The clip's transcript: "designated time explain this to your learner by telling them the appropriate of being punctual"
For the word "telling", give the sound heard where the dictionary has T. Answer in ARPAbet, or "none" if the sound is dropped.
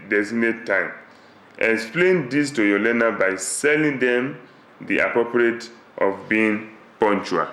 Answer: S